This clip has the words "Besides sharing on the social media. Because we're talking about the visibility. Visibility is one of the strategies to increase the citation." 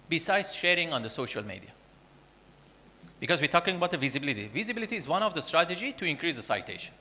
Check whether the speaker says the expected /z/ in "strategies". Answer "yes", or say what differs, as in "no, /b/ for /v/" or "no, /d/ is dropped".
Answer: no, /z/ is dropped